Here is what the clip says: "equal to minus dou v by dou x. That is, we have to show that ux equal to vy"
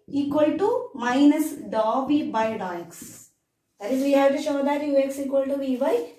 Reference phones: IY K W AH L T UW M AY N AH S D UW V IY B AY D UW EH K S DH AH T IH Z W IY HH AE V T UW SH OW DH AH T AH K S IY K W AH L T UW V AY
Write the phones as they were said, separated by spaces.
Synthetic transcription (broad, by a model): IY K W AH L T UW M AY N AH S D UW B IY B AY D UW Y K S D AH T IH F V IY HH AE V T UW SH OW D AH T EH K S IY K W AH L T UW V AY